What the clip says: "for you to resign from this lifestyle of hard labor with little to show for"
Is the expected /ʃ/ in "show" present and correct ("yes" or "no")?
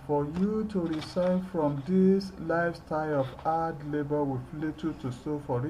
no